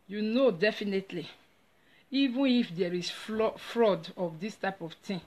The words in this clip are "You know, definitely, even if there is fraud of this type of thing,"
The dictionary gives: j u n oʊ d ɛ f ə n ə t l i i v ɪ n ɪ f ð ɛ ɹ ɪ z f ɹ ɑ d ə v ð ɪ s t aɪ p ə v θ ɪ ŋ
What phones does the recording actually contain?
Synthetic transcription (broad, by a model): j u n oʊ d ɛ f ə n ə t l i i v ɪ n ɪ f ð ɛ ɹ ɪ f f ɹ ɑ d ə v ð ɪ s t aɪ p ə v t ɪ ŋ